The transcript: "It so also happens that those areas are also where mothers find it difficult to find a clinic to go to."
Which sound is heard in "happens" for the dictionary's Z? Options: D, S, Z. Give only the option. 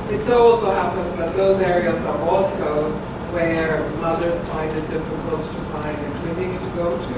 Z